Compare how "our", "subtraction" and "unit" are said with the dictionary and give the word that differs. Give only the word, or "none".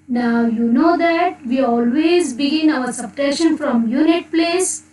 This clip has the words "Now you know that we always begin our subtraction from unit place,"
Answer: subtraction